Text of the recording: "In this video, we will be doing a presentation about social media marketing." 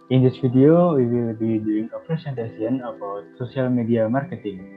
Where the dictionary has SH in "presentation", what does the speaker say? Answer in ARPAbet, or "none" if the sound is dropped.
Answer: S